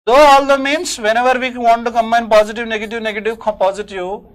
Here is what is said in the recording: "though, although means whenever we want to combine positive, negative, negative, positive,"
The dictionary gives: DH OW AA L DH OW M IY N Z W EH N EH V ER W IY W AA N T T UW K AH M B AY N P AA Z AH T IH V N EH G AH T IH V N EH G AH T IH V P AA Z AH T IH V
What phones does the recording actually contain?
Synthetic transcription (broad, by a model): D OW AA L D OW M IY N S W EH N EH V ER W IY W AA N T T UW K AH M AY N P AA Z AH T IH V N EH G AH T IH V N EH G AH T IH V P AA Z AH T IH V